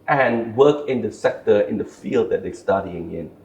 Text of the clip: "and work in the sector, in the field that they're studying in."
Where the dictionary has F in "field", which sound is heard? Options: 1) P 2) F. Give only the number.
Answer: 2